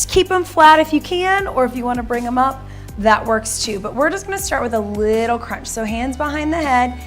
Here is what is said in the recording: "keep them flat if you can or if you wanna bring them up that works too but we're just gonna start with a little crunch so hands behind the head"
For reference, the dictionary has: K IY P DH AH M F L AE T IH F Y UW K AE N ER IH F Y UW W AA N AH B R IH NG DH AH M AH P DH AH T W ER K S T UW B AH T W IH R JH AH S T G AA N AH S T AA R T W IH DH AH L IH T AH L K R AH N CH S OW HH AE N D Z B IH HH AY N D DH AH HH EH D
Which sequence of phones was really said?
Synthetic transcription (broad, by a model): K IY P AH M F L AE T IH F Y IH K AE N ER IH F Y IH W AA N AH B R IH NG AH M AH P DH AH T W ER K S T UW B AH T W IH R JH AH S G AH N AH S T AA R T W IH DH AH L IH T L K R AH N CH S OW HH AE N D Z B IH HH AY N DH AH HH EH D